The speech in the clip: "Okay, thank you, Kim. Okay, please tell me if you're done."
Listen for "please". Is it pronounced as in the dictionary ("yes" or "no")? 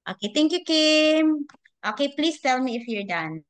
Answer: no